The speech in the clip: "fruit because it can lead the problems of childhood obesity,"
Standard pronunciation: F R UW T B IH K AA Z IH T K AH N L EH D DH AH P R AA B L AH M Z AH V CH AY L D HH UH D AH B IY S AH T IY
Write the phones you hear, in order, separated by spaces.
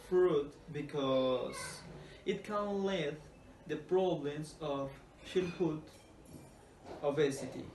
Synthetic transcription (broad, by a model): F R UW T B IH K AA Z IH T K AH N L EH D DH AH P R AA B L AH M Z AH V SH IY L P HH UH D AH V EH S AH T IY